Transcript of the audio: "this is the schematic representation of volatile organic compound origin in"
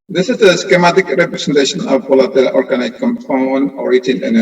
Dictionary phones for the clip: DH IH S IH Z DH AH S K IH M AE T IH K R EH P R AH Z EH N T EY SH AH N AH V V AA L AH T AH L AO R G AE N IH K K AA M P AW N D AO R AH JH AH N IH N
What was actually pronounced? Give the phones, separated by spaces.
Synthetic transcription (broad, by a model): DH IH S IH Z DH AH S K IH M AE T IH K R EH P R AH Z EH N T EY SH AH N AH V P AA L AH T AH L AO R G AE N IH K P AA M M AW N AO R AH JH AH N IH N